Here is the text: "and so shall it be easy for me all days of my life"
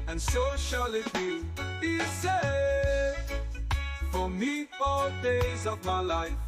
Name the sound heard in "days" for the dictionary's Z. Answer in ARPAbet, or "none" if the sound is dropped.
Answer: Z